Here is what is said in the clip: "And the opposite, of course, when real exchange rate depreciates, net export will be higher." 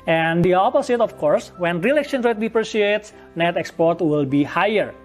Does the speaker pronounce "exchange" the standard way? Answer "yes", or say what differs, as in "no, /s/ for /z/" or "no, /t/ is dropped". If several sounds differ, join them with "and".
no, /tʃ/ is dropped